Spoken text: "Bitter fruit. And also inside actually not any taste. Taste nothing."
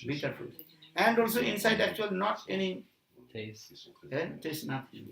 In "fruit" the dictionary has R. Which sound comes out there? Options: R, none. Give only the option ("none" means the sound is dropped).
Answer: none